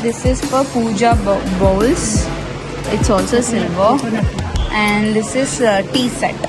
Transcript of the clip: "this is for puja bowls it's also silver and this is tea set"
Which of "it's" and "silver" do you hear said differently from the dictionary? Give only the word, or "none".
silver